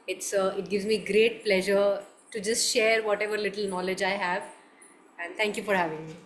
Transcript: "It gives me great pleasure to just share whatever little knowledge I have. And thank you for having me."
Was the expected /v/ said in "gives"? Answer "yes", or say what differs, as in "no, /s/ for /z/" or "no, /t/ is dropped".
yes